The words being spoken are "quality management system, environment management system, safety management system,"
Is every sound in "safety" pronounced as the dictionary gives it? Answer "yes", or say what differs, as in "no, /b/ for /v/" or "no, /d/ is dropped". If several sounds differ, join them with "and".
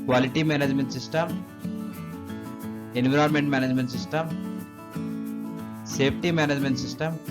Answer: no, /p/ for /f/